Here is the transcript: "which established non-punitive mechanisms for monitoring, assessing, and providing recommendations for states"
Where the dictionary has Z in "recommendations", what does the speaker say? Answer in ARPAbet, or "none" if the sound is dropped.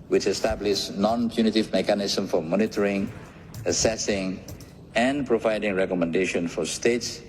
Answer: none